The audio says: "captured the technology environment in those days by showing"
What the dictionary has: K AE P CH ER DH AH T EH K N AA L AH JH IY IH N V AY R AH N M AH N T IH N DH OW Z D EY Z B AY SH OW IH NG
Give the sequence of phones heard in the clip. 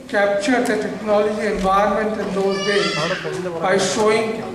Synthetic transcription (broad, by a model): K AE P CH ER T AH T EH K N AA L AH JH IY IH N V AY R M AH N T IH N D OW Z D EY B AY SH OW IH NG